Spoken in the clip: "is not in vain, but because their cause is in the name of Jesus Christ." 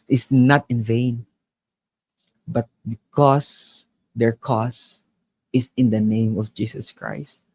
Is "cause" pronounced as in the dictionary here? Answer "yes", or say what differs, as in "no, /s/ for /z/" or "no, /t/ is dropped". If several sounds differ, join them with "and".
no, /s/ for /z/